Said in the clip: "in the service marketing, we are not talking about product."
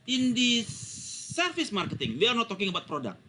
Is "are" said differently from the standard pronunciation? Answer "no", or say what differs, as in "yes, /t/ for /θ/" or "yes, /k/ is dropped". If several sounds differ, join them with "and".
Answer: no